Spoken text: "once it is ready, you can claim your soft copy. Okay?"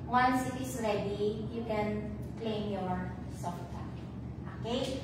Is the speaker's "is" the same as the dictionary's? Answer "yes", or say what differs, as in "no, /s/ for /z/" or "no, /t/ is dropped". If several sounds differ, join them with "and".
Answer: no, /s/ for /z/